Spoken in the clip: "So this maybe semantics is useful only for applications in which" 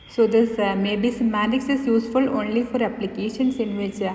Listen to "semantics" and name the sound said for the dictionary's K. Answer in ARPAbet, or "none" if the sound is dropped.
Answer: none